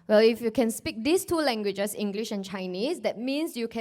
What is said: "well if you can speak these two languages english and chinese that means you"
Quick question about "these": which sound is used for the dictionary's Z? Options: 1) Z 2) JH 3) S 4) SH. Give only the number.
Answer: 3